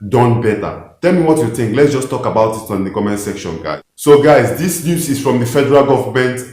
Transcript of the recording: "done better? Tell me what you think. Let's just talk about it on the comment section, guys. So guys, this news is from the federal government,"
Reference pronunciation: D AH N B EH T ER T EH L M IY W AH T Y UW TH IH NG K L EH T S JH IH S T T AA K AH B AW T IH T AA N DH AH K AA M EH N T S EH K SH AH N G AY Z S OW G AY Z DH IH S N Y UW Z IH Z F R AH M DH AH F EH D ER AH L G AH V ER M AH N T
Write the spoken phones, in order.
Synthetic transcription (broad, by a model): D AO N B EH T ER T EH L M IY W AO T Y UW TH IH NG K L EH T S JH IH S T T AA K AH B AW T IH T AA N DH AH K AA M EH N S EH K SH AH N G AY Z S OW G AY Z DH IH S N Y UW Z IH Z F R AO M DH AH F EH D ER AH L G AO V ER M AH N T